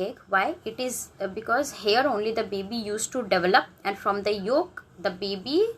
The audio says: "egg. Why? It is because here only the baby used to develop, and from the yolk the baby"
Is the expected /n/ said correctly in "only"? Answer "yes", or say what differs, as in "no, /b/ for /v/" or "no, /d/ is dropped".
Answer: yes